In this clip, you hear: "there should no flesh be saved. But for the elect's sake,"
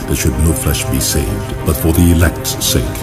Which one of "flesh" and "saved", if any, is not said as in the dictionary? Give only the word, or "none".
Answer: none